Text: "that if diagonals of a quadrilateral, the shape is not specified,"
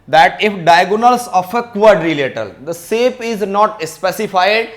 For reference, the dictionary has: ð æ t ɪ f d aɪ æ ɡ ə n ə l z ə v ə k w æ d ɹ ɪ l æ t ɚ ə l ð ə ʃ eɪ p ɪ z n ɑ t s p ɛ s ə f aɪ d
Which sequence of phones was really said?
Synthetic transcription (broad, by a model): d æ t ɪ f d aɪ ɡ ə n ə l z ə f ə k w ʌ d ɹ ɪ l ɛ t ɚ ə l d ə s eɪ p ɪ z n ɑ t s p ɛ s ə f aɪ d